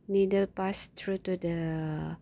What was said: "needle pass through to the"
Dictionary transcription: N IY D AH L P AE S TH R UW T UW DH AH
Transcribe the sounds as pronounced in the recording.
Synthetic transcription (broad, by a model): N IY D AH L P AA S T R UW T UW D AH